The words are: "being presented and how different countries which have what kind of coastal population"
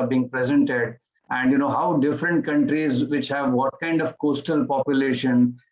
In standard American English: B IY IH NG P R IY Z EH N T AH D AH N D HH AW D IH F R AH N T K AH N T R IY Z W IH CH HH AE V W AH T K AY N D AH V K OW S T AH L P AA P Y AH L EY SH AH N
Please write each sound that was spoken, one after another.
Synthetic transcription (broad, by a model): B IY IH NG P R IY Z EH N T AH D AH N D HH AW D IH F R AH N T K AH N T R IY Z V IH CH HH AE V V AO T K AY N D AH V K OW S T AH L P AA P Y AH L EY SH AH N